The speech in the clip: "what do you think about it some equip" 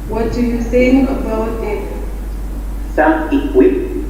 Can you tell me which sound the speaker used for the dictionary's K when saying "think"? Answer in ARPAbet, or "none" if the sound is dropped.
none